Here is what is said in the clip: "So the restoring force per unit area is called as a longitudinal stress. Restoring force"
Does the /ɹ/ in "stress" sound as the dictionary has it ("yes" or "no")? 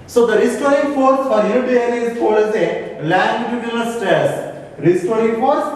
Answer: no